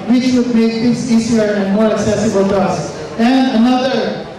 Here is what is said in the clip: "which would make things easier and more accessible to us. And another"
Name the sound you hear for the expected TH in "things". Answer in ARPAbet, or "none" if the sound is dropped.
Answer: T